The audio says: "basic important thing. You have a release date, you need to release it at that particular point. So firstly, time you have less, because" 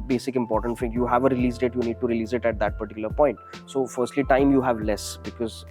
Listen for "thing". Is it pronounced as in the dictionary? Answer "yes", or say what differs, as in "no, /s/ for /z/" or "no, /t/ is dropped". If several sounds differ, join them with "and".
no, /f/ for /θ/